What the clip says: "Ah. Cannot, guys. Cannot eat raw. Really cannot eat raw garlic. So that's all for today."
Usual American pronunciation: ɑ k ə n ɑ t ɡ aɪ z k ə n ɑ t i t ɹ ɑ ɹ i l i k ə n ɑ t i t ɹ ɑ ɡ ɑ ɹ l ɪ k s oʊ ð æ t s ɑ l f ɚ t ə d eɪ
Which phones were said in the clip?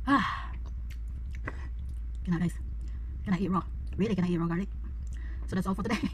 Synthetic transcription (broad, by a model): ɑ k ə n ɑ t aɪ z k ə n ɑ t i t ɹ ɑ ɹ i l i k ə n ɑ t i t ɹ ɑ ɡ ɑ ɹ ɪ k s oʊ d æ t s ɑ l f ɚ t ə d eɪ